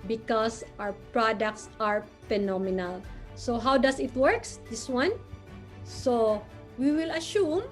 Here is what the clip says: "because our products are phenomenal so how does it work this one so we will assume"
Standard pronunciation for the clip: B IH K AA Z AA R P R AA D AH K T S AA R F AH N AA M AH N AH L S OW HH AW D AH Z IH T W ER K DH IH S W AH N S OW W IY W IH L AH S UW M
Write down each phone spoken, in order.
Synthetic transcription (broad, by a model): B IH K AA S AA W P R AA D AH K T S AA R F AH N AA M AH N AH L S OW HH AW D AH S IH T W ER K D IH S W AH N S OW W IY W IH L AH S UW M